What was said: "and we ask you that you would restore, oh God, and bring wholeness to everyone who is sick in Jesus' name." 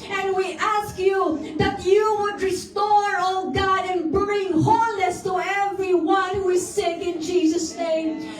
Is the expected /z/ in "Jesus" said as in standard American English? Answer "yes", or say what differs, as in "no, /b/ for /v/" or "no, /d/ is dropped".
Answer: yes